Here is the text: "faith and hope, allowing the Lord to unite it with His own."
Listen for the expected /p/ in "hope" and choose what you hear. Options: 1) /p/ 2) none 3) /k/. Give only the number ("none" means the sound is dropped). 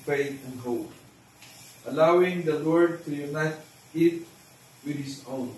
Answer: 2